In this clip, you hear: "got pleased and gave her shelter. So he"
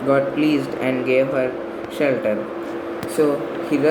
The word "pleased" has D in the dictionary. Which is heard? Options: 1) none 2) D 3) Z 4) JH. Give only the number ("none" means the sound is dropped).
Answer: 2